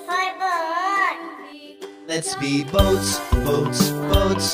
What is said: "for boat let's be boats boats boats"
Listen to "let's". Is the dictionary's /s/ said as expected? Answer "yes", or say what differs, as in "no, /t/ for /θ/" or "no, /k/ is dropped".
yes